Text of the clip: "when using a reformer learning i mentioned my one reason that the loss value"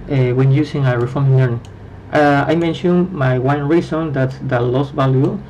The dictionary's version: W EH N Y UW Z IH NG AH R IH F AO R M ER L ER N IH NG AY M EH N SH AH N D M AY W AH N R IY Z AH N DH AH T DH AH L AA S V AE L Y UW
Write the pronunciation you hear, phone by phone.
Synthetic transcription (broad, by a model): W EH N Y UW S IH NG AH R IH F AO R M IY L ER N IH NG AY M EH N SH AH N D M AY W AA N R IY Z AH N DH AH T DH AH L AA S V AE L Y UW